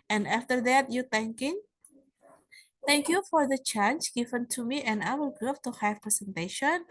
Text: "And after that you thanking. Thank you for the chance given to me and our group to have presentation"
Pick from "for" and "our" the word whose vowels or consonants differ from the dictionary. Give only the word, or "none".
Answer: our